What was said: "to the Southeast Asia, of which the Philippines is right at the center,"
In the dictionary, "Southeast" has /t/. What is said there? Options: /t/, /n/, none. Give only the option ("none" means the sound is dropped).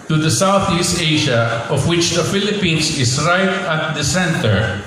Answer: /t/